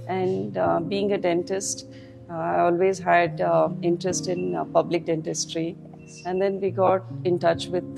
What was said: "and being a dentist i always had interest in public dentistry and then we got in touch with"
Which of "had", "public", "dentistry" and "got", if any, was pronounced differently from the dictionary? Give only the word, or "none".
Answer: none